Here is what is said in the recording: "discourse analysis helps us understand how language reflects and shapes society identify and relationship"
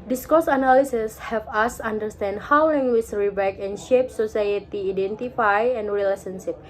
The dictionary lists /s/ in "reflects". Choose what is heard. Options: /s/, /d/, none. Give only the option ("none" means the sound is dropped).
none